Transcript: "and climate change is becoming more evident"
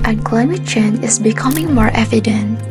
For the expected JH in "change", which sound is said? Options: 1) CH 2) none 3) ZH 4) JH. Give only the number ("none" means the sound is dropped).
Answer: 2